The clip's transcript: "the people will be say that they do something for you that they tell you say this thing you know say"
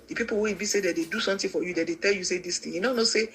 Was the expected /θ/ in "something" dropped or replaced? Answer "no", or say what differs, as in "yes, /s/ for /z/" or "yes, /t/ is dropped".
yes, /t/ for /θ/